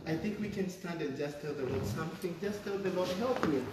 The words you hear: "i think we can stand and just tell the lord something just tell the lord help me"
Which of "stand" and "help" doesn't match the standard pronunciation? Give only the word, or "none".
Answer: none